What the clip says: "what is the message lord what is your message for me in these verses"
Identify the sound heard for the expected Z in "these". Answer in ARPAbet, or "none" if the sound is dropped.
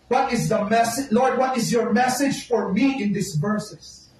S